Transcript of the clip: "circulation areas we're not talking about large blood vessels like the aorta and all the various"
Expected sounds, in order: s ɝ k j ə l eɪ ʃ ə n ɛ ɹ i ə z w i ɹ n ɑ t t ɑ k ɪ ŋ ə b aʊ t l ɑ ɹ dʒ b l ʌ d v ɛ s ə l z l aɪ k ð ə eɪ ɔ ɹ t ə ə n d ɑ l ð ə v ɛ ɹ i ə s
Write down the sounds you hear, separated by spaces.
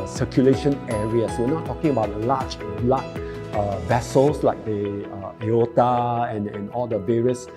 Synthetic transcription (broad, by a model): s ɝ k j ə l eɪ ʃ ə n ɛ ɹ i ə s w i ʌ n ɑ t t ɑ k ɪ ŋ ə b aʊ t l ɑ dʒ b l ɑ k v ɛ s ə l s l aɪ k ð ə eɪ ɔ t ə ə n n ɑ l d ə v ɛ ɹ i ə s